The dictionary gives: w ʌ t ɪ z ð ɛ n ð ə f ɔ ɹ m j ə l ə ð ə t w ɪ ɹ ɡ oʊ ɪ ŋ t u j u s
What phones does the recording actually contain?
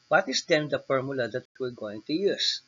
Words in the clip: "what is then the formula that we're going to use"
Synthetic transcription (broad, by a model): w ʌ t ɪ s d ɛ n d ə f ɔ ɹ m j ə l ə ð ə t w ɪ l ɡ oʊ ɪ ŋ t u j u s